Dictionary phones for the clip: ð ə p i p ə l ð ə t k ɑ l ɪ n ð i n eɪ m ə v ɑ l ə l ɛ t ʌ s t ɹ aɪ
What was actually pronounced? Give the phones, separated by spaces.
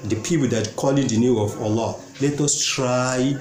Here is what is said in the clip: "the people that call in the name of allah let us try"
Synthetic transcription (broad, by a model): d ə p i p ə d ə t k ɑ l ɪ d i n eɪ ə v ɑ l ə l ɛ t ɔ s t ɹ aɪ